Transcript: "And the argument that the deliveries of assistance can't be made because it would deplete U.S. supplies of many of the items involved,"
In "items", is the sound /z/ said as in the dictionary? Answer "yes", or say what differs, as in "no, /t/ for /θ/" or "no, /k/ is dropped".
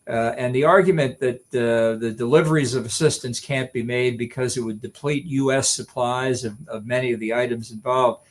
yes